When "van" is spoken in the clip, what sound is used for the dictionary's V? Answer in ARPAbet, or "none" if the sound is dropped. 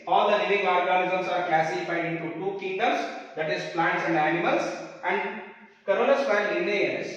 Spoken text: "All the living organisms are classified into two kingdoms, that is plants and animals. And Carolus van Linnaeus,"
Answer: P